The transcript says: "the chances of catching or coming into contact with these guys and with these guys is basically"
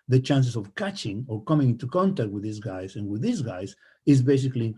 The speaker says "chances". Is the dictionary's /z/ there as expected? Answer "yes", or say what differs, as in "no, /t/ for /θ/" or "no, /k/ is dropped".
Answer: no, /s/ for /z/